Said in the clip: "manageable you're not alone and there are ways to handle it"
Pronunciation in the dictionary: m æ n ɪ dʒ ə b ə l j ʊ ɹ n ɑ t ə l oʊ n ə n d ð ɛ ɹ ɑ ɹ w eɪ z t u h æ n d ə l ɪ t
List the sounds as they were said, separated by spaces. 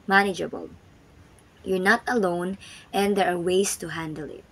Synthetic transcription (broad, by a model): m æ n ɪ dʒ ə b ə l j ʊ ɹ n ɑ t ə l oʊ n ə n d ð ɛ ɹ ɑ ɹ w eɪ s t u h æ n d ə l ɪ t